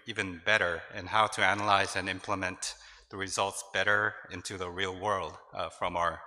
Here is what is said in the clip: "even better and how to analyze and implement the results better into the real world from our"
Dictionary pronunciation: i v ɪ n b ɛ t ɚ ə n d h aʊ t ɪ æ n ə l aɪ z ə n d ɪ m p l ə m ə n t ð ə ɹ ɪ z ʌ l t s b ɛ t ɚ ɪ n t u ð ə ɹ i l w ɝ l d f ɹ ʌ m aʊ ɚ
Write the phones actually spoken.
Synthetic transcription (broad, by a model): i v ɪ n b ɛ t ɚ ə n h aʊ t ɪ æ n ə l aɪ z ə n ɪ m p l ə m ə n ð ə ɹ ɪ z ʌ l t s b ɛ t ɚ ɪ n t u ð ə ɹ i l w ɝ l d f ɹ ʌ m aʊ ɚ